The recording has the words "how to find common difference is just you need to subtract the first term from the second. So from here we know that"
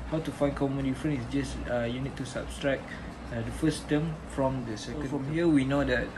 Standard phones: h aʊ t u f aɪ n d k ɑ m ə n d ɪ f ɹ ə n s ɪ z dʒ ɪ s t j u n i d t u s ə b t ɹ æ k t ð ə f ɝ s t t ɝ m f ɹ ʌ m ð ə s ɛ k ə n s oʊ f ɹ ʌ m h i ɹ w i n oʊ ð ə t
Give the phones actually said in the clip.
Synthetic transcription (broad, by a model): h aʊ t u f aɪ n k ɑ m ə n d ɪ f ɹ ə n ɪ s dʒ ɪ s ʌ j u n i d t u s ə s t ɹ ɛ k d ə f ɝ s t t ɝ m f ɹ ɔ m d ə s ɛ k ə n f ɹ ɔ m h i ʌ w i n oʊ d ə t